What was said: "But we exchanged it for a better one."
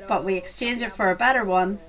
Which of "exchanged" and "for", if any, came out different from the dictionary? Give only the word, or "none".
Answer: exchanged